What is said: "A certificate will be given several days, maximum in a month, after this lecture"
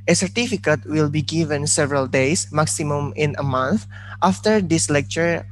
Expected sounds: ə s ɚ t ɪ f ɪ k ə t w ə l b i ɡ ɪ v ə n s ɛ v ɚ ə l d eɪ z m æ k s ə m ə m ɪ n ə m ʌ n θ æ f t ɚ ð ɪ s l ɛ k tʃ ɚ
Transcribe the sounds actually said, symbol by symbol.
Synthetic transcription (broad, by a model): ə s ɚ t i f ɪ k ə t w ə l b i ɡ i v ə n s ɛ v ɚ ə l d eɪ s m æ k s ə m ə m ɪ n ə m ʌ n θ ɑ f t ɚ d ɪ s l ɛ k tʃ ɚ